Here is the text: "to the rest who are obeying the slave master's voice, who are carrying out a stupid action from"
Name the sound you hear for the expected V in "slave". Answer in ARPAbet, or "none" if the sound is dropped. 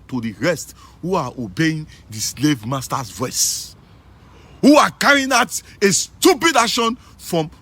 V